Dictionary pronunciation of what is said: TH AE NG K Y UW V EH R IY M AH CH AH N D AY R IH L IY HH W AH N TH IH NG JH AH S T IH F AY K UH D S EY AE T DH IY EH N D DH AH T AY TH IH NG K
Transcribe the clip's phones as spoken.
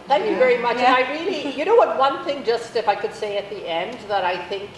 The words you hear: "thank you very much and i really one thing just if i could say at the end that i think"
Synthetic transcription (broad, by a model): TH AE NG K Y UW V EH R IY M AH CH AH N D AY R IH L IY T W AH N TH IH NG JH AH S T IH F AY K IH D S EY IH T DH IY EH N D DH AH T AY TH IH NG K